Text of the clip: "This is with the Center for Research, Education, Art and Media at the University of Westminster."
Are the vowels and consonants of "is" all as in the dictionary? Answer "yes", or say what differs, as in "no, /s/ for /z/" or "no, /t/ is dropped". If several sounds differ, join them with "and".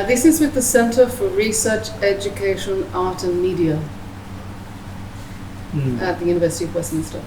yes